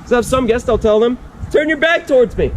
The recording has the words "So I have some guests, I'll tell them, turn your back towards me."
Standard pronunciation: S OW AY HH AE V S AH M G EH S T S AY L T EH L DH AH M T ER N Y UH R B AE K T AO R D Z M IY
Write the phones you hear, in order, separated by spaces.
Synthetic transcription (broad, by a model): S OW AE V S AH M G EH S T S AY L T EH L DH AH M T ER N Y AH R B AE K T AO R D Z M IY